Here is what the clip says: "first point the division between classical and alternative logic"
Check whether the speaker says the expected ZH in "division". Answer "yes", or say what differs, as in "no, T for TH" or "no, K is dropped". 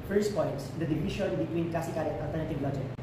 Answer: no, SH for ZH